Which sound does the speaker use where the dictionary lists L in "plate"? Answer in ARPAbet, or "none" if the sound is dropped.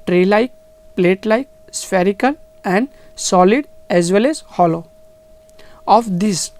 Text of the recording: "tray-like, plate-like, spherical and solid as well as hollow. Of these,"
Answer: L